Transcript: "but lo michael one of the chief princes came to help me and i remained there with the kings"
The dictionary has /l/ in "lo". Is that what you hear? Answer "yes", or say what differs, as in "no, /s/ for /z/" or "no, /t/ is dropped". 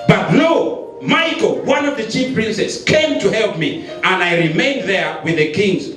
no, /n/ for /l/